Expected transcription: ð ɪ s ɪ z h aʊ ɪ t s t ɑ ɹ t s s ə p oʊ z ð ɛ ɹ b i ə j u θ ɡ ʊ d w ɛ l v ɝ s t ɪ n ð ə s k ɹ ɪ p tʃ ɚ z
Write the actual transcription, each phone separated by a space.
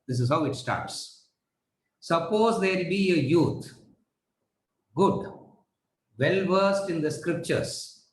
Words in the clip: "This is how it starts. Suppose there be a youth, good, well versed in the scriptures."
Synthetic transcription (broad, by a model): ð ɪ s ɪ z h aʊ ɪ t s t ɑ ɹ t s s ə p oʊ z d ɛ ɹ b i ə j u t ɡ ʊ d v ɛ l v ɝ s t ɪ n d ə s k ɹ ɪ p tʃ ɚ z